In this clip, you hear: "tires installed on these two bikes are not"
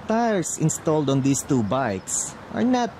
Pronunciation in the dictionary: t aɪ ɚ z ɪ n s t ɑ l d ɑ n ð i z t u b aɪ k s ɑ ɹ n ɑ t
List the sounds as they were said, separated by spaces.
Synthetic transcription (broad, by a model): t aɪ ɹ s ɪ n s t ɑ l d ɑ n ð i s t u b aɪ k s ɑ ɹ n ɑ t